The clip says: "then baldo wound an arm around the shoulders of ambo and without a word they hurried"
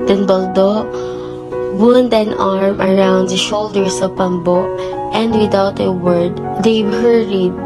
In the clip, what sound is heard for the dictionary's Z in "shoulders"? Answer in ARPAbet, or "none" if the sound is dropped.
S